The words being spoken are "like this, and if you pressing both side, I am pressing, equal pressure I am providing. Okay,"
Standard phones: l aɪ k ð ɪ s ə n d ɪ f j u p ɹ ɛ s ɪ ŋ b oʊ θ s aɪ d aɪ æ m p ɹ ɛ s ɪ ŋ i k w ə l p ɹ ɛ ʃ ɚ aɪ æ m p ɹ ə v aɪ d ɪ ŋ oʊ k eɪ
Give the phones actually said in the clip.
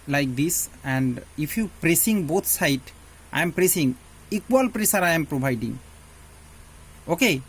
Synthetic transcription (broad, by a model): l aɪ k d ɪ s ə n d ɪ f j u p ɹ ɛ s ɪ ŋ b oʊ t s aɪ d aɪ m p ɹ ɛ s ɪ ŋ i k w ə l p ɹ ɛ s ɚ aɪ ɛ m p ɹ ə b aɪ d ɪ ŋ oʊ k eɪ